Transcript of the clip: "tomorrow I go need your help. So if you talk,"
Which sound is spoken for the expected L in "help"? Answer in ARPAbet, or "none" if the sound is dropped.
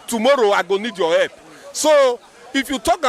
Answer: none